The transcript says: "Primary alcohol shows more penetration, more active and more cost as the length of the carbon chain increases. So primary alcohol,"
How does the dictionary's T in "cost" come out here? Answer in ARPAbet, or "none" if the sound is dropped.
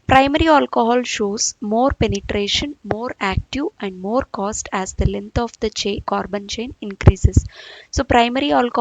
T